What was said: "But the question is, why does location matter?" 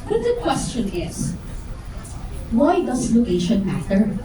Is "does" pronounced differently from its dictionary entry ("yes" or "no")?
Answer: yes